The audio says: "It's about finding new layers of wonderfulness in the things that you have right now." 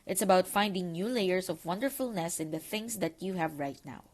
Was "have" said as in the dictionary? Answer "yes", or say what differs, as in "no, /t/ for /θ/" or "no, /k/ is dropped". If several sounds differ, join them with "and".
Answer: yes